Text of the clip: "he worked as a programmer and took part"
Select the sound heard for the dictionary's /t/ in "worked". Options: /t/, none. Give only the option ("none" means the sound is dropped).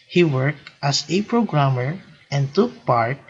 /t/